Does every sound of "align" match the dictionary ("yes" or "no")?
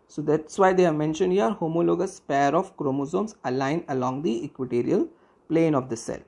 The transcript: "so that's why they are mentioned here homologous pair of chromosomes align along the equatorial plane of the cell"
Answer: yes